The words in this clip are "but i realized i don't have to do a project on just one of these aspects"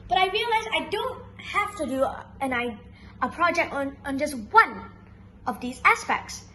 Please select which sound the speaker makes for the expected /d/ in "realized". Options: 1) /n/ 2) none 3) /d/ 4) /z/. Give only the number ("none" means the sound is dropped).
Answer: 2